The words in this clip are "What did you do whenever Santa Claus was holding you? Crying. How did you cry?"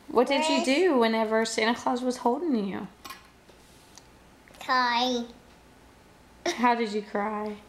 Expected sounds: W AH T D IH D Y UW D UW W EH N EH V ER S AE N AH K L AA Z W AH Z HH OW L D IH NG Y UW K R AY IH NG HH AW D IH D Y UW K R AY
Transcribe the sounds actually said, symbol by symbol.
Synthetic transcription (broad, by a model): W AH T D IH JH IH D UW W EH N EH V ER S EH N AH K L AA Z W AH Z HH OW L D IH NG Y UW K AY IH HH AW D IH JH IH K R AY